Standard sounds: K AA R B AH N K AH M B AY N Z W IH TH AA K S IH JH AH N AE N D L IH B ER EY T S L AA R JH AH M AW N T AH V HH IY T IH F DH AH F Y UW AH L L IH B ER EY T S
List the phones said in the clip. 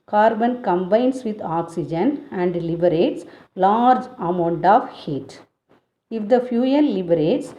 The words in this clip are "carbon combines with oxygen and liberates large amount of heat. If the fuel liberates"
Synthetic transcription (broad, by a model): K AA R B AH N K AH M B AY N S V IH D AA K S IH JH AH N AE N D L IH B ER EY T S L AA R JH AH M AW N T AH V HH IY T IH F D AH F Y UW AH N L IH B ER EY T S